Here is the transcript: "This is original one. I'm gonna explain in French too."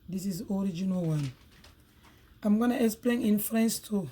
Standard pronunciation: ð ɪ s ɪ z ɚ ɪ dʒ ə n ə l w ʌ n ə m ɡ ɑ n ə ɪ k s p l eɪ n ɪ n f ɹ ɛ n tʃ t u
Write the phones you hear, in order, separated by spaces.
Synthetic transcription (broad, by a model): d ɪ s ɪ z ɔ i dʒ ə n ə l w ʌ n ə m ɡ ɑ n ə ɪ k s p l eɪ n ɪ n f ɹ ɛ n s t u